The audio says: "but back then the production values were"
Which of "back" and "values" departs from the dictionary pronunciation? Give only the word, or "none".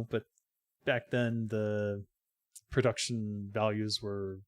none